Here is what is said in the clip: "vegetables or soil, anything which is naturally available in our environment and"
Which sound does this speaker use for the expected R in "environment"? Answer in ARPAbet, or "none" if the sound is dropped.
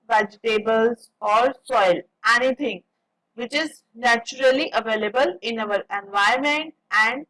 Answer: none